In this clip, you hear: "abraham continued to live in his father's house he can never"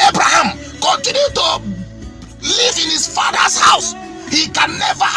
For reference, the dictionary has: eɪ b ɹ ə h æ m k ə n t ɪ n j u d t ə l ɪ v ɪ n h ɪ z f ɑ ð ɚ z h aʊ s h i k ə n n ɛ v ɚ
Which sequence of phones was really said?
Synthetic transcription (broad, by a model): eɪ b ɹ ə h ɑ m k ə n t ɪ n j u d t ə l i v ɪ n h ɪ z f ɑ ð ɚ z h aʊ s h i k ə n n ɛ v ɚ